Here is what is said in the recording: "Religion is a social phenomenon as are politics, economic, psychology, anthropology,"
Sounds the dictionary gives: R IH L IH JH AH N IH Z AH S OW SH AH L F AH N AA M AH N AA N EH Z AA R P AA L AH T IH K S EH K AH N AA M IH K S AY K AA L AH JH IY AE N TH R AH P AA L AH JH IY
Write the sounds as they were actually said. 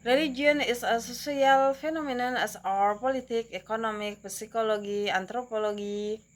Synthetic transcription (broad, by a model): R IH L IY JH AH N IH S AH S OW S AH L F AH N AA M AH N AA N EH S AA R P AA L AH T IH K EH K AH N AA M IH K S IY K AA L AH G IY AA N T R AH P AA L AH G IY